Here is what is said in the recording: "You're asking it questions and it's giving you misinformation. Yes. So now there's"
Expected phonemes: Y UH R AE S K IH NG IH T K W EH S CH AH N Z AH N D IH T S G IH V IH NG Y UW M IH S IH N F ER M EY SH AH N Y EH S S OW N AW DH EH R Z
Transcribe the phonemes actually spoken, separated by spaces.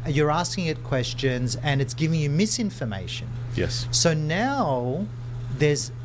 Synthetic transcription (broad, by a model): Y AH R AE S K IH NG IH T K W EH S CH AH N Z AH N IH T S G IH V IH NG Y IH M IH S IH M F ER M EY SH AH N Y EH S S OW N AW DH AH R Z